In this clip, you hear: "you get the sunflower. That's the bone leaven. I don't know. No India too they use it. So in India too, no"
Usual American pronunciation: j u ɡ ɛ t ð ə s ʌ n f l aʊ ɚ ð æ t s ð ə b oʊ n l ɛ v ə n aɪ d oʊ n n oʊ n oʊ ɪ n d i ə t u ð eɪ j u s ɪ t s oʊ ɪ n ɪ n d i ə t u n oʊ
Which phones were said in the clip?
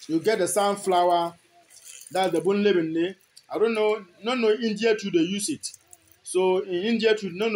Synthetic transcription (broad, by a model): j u ɡ ɛ t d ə s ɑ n f l aʊ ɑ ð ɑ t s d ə b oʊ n l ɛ b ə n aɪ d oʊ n n oʊ n oʊ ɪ n d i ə t u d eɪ j u s ɪ t s oʊ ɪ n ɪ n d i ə t u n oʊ